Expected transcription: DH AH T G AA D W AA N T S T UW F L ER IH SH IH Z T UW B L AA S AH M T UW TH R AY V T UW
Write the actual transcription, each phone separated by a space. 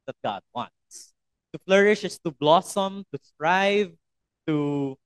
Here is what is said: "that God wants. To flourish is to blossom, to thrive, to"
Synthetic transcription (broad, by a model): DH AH T G AA D W AA N T S T UW F L ER IH SH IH S T UW B L AA S AH M T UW T R AY V T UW